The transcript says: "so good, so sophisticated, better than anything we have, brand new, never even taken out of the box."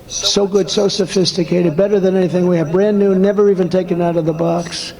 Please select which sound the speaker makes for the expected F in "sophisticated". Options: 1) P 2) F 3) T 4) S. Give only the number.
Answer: 2